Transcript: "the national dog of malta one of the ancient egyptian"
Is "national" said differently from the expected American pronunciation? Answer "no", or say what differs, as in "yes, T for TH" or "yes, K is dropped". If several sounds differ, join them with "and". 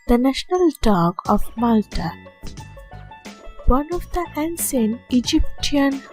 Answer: no